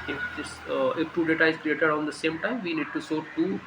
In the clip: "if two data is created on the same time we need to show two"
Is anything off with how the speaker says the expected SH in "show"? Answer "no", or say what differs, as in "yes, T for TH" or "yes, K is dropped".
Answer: yes, S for SH